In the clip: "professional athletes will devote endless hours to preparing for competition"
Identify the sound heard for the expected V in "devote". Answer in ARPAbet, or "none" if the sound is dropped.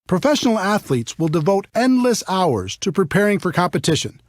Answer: V